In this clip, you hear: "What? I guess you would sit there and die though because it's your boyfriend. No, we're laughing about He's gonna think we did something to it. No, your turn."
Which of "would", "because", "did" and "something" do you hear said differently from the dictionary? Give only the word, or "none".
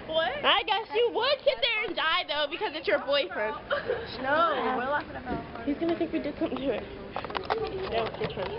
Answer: none